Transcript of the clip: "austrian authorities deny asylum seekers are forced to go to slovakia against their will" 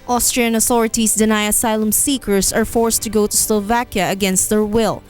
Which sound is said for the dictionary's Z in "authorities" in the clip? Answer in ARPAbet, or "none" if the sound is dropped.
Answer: S